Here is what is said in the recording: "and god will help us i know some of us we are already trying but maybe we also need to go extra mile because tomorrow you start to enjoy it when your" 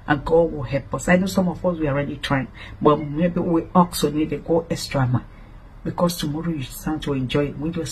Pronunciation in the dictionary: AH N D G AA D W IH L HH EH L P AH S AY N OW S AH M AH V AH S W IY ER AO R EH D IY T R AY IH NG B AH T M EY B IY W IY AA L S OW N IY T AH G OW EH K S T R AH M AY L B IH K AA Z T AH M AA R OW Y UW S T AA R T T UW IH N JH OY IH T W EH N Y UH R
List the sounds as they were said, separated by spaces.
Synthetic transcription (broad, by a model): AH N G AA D W IH L HH EH L P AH S AY N OW S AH M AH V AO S W IY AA R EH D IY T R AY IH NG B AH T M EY B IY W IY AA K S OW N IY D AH G OW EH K S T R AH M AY N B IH K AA S T AH M AA R OW Y UW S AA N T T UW IH N JH OY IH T W EH N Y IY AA